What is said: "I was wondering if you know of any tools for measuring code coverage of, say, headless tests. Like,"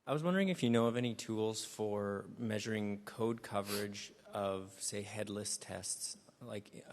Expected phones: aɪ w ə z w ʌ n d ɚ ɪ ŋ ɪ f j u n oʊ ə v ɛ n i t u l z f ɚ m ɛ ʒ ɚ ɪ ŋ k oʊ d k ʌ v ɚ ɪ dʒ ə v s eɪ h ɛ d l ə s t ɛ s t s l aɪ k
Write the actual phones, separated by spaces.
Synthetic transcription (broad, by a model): aɪ w ə z w ʌ n d ɚ ɪ ŋ ɪ f j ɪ n oʊ ə v ɛ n i t u l z f ɚ m ɛ ʒ ɚ ɪ ŋ k oʊ d k ʌ v ɚ ɪ dʒ ə v s eɪ h ɛ d l ə s t ɛ s t s l aɪ k